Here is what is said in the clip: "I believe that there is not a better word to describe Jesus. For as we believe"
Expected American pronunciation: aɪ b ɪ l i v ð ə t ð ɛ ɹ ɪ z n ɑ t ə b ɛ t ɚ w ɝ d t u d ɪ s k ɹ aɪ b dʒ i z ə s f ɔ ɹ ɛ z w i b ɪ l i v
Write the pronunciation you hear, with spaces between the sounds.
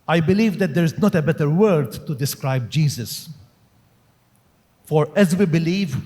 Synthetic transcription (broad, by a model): aɪ b ɪ l i v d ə t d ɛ ɹ ɪ z n ɑ t ə b ɛ t ɚ w ɝ d t u d ɪ s k ɹ aɪ b dʒ i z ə s f ɔ ɹ ɛ z w i b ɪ l i v